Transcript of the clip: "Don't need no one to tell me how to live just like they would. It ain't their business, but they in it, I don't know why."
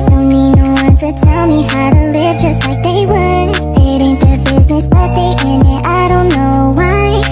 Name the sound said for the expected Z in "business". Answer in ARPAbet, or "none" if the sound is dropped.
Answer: Z